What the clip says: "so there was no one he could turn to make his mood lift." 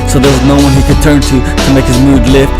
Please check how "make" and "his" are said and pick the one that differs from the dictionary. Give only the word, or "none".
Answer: none